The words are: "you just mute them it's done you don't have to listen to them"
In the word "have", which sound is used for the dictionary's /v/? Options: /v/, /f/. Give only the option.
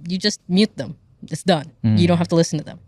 /f/